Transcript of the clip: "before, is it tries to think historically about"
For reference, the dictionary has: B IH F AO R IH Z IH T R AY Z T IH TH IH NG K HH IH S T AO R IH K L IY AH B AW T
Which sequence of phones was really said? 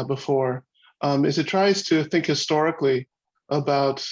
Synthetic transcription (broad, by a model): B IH F AO R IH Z IH T R AY Z T IH TH IH NG K HH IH S T AO R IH K L IY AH B AW T